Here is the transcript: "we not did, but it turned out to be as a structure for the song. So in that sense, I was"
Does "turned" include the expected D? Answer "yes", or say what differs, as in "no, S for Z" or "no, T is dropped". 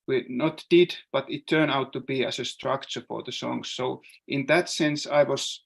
no, D is dropped